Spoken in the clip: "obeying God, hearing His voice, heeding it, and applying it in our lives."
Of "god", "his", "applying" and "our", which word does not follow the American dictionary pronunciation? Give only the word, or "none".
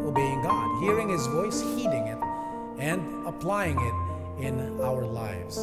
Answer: none